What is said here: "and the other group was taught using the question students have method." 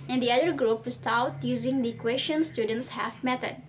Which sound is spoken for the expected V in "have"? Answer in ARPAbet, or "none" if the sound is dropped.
F